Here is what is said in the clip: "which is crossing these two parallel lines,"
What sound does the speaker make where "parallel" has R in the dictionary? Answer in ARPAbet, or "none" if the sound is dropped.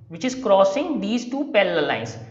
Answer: L